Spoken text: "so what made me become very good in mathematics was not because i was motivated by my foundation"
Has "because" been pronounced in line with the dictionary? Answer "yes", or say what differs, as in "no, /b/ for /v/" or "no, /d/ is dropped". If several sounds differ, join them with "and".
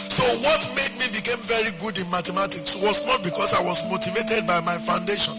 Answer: no, /s/ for /z/